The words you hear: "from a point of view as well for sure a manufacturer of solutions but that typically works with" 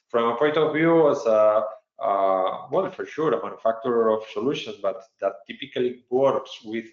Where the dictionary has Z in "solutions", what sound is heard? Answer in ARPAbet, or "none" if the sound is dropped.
none